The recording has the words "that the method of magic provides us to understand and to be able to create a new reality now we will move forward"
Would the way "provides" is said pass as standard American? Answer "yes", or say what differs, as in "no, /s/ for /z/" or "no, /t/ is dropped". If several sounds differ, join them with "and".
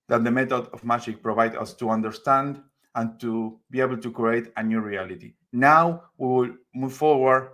no, /z/ is dropped